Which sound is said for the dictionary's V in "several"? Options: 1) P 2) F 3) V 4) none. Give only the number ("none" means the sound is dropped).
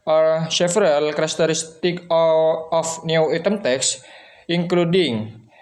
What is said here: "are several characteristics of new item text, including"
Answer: 2